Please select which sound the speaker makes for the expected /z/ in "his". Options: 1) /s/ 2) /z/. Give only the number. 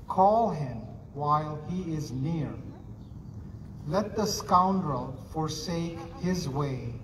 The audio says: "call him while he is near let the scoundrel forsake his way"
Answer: 2